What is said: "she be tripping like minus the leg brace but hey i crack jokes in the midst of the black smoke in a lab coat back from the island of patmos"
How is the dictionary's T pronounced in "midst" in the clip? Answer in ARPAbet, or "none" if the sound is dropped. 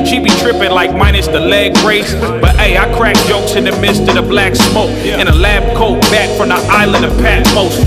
T